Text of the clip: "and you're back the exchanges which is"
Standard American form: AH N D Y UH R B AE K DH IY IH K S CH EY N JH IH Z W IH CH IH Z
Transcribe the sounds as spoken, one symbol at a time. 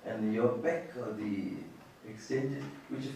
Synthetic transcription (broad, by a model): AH N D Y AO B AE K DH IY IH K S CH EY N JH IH W IH CH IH